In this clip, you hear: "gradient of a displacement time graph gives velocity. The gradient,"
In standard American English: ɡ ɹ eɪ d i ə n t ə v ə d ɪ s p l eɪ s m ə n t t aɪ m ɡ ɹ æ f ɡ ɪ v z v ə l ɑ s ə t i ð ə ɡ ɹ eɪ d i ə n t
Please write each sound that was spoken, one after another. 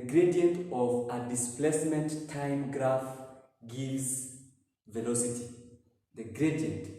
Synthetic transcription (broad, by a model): ɡ ɹ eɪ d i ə n t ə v ə d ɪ s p l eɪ s m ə n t t aɪ m ɡ ɹ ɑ f ɡ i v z v ə l ɑ s ə t i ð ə ɡ ɹ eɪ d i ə n t